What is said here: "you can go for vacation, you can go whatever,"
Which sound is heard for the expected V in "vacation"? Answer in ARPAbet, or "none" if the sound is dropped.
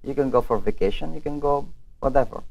V